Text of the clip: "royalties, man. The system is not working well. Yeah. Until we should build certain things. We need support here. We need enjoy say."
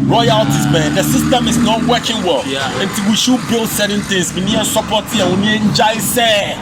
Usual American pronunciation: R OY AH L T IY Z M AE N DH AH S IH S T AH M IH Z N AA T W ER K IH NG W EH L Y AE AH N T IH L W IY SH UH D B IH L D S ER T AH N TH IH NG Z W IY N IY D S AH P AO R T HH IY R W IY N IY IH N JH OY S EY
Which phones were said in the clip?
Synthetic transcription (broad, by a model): R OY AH L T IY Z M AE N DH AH S IH S T AH M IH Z N AA T W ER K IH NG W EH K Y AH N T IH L W IY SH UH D B IH L D S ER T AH N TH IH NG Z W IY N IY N S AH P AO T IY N W IY N IY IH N JH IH S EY